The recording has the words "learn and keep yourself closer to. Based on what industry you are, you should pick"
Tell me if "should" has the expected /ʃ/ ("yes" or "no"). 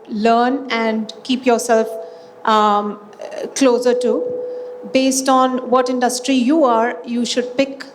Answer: yes